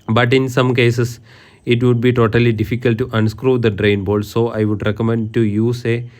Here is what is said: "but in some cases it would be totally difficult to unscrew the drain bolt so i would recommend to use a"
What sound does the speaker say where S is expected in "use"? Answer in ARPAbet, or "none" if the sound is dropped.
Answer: S